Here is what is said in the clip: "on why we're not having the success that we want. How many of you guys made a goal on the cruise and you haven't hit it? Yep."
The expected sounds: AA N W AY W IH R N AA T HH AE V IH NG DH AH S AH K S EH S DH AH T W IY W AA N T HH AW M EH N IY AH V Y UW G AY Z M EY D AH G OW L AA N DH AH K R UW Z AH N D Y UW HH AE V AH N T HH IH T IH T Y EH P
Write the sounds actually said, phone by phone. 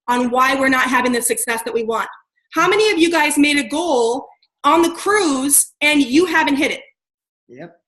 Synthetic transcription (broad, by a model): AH N W AY W IH R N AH T HH AE V IH NG DH AH S AH K S EH S DH AH T W IY W AA N T HH AW M EH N IY AH V Y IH G AY Z M EY D AH G OW L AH N DH AH K R UW Z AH N Y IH HH AE V AH N T HH IH T IH T Y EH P